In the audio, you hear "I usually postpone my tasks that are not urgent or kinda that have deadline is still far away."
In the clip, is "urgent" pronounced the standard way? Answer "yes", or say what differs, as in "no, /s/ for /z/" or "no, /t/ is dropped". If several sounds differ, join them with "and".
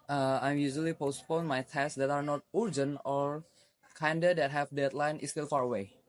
no, /t/ is dropped